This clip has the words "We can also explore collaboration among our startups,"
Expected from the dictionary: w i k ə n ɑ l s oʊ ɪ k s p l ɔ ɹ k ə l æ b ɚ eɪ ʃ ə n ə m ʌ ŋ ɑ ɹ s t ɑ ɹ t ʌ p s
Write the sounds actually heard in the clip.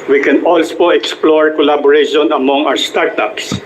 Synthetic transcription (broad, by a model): w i k ə n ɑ l s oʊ ɪ k s p l ɔ ɹ k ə l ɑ b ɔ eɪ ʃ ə n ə m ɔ ŋ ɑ w s t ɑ ɹ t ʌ p s